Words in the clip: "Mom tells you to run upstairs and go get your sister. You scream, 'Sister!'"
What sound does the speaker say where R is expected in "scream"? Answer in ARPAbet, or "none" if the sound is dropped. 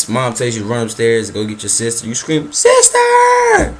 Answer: R